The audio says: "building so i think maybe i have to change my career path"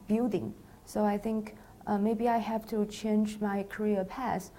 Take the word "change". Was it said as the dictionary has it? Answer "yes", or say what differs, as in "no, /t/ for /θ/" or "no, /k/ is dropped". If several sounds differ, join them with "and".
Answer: yes